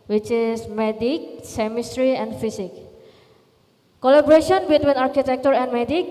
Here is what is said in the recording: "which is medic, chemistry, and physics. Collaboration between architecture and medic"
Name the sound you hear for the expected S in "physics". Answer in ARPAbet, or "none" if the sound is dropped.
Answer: none